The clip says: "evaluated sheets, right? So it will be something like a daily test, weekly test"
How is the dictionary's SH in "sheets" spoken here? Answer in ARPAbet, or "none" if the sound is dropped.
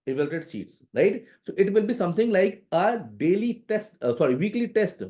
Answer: S